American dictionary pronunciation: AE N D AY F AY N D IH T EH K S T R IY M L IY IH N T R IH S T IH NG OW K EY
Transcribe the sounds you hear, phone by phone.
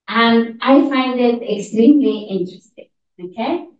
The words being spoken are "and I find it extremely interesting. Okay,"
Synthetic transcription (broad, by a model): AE N D AY F AY N D IH T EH K S T R IY M L IY IH N T R IH S T IH NG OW K EY